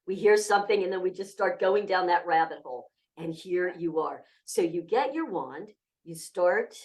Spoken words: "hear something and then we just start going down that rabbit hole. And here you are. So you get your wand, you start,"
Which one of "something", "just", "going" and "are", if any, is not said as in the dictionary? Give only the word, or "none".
none